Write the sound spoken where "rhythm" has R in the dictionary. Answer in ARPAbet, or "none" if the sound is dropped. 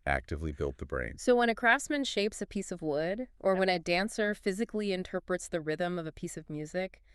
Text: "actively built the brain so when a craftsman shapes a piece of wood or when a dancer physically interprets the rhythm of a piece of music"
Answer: R